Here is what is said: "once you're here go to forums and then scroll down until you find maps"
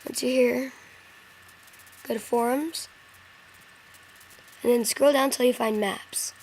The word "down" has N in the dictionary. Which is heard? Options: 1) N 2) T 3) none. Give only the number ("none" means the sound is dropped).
3